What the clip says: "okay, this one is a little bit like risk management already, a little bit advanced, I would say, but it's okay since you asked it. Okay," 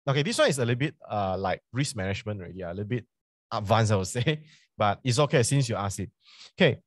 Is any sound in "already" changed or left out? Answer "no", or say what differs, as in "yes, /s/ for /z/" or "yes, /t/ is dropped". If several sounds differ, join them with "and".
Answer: yes, /ɹ/ is dropped